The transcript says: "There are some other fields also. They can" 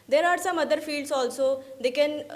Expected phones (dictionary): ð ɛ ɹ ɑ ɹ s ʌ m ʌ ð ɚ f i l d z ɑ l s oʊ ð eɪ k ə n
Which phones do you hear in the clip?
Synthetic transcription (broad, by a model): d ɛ ɹ ɑ ɹ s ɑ m ʌ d ɚ f i l d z ɑ l s oʊ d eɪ k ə n